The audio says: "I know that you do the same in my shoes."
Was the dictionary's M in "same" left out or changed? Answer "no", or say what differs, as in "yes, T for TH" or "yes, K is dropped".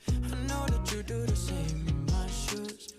yes, M is dropped